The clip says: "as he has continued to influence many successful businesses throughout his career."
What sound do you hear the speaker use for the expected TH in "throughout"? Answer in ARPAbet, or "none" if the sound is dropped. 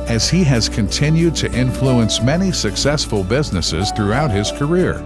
TH